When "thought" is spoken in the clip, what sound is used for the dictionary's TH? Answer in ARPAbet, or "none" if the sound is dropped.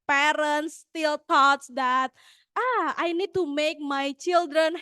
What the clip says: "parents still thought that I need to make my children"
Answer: T